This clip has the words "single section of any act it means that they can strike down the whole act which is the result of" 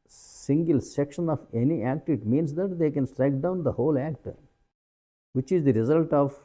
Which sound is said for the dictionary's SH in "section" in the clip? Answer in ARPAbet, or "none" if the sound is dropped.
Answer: SH